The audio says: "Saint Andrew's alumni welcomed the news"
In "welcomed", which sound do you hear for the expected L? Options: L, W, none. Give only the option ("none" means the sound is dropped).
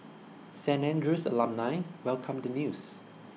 L